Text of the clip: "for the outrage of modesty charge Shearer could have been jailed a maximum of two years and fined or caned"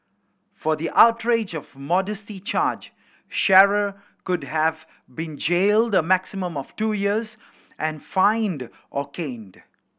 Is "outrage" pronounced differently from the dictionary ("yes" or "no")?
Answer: no